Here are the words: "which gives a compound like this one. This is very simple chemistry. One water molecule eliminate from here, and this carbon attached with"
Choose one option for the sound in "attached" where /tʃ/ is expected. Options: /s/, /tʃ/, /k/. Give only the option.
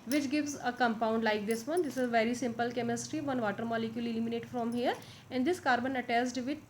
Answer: /s/